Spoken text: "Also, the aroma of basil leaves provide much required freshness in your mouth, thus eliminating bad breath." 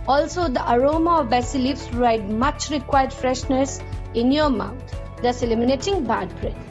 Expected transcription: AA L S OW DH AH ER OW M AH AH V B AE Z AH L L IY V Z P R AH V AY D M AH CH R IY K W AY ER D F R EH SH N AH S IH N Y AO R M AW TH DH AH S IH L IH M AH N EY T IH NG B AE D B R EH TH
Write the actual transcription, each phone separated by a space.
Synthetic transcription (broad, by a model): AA L S OW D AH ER OW M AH AH V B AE S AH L L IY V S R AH IH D M AH CH R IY K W AY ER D F R EH SH N AH S IH N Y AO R M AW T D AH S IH L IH M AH N EY T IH NG B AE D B R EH